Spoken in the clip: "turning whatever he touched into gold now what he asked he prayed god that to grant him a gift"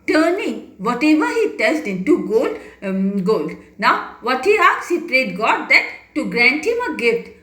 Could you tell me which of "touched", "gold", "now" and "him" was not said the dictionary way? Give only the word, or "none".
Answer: touched